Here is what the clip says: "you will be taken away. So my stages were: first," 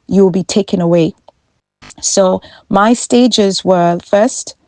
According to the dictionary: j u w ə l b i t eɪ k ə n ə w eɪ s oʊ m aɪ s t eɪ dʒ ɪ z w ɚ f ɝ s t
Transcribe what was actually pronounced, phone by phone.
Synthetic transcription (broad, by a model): j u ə l b i t eɪ k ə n ə w eɪ s oʊ m aɪ s t eɪ dʒ ɪ z w ɚ f ɝ s t